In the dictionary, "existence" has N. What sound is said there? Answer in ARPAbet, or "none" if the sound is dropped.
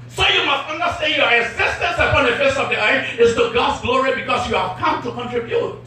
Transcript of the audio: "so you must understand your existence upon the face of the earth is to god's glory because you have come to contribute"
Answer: N